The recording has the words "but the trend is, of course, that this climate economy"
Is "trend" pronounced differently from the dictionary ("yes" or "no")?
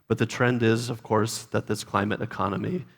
no